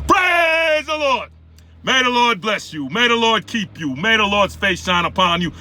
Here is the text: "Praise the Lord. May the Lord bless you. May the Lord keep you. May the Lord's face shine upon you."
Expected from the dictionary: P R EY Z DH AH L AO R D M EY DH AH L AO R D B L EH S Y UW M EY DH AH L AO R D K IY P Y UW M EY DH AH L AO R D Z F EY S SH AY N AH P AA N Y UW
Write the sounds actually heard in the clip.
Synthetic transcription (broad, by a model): P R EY Z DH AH L AO R D M EY DH AH L AO R D B L EH S Y UW M EY DH AH L AO R D K IY P Y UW M EY DH AH L AO R D Z F EY S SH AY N AH P AA N Y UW